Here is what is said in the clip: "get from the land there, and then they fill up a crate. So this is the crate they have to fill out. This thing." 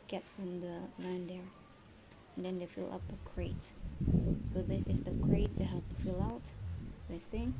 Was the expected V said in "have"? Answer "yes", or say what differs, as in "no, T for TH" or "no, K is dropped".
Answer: no, P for V